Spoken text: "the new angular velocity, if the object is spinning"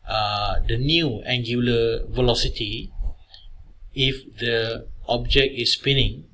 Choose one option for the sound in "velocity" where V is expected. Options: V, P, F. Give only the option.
V